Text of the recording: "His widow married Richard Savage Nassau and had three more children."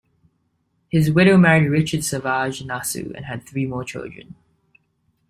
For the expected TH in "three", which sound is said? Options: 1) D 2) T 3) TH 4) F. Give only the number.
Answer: 3